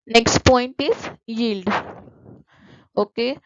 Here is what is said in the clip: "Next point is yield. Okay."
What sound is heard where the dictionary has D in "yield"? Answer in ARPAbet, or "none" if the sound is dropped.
D